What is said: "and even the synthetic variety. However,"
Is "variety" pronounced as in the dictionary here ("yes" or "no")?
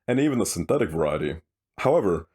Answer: yes